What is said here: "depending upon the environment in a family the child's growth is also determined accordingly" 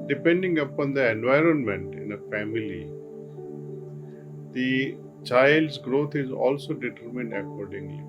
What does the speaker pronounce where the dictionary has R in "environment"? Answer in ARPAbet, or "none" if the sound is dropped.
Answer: R